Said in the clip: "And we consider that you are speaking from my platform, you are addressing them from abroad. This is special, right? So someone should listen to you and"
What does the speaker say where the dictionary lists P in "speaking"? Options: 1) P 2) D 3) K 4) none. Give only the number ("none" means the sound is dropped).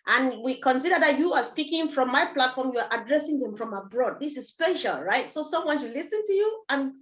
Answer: 1